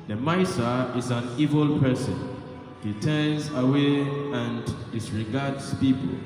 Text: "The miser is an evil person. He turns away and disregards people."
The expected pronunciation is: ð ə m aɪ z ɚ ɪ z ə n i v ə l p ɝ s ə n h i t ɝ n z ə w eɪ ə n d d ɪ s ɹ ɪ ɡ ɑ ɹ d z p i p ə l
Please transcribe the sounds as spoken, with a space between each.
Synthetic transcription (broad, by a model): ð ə m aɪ s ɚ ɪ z ə n i v ə l p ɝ s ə n h i t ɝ n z ə w eɪ ə n d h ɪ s ɹ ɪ ɡ ɑ d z p i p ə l